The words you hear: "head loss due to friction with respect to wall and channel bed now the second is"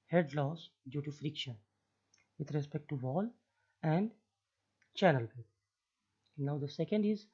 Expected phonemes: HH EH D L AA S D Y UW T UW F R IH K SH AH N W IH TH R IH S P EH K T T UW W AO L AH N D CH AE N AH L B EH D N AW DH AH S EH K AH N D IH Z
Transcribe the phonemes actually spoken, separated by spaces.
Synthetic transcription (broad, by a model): HH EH D L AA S D Y UW T UW F R IH K SH AH N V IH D R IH S P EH K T T UW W AO L AH N D CH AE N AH L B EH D N AW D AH S EH K AH N D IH Z